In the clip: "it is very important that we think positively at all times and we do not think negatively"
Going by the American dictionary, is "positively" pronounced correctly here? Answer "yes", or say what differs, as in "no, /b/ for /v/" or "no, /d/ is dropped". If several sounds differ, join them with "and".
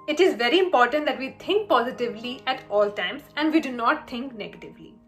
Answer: yes